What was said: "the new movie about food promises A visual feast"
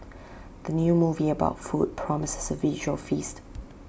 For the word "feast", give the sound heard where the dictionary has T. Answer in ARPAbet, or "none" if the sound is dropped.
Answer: T